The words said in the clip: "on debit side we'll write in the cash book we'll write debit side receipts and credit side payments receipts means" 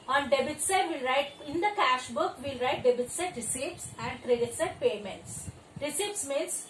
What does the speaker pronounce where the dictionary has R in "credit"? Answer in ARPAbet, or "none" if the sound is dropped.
R